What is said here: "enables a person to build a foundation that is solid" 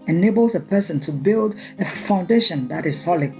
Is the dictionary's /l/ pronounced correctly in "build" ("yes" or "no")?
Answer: yes